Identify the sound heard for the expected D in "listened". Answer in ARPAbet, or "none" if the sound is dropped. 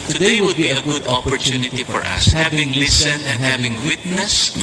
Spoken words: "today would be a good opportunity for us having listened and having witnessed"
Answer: none